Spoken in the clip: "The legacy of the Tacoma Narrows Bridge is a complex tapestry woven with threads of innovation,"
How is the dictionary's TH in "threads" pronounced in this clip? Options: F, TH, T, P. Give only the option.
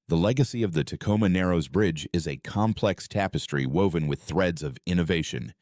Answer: TH